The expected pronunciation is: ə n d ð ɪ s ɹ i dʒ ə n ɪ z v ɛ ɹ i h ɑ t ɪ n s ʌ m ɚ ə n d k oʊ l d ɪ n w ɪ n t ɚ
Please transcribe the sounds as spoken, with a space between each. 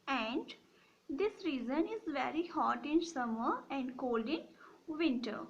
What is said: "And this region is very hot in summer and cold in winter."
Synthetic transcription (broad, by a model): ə n d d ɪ s ɹ i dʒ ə n ɪ z v ɛ ɹ i h ɑ t ɪ n s ʌ m ɚ ə n d k oʊ l d ɪ n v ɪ n t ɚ